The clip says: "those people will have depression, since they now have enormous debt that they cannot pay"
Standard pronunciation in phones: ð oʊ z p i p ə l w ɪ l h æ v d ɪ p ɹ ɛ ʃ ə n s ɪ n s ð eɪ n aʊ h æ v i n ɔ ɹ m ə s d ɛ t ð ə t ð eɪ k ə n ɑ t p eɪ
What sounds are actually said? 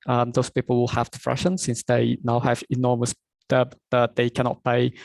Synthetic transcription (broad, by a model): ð oʊ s p i p ə l w ɪ l h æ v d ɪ f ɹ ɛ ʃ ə n s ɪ n s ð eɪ n aʊ h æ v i n ɔ m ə s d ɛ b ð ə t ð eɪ k ə n ɑ t p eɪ